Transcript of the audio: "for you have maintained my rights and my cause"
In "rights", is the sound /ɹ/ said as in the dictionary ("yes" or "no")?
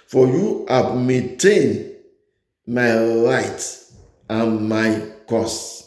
no